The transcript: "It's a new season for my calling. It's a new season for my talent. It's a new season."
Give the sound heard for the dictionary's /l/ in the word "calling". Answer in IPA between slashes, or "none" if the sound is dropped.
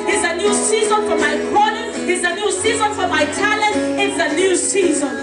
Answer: /n/